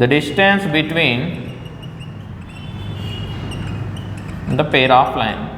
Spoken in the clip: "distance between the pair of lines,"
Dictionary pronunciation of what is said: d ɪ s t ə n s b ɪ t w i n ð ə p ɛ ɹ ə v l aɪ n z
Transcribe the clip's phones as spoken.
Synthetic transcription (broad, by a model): d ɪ s t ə n s b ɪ t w i n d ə p ɛ ɹ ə p l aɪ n